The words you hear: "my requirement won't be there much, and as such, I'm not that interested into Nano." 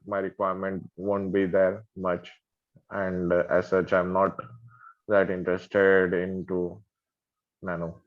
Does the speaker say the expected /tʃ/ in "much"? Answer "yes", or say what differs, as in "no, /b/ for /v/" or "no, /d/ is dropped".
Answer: yes